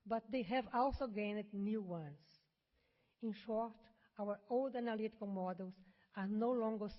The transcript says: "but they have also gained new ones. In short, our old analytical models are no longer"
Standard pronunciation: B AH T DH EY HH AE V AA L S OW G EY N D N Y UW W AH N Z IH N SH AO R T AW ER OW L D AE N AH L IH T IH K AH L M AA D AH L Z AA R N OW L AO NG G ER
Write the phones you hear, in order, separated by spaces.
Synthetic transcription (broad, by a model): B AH T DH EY HH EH V AA L S OW G EY N D N Y UW W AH N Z IH N SH AO R T AW ER OW L D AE N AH L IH T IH K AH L M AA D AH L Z AA R N OW L AO NG G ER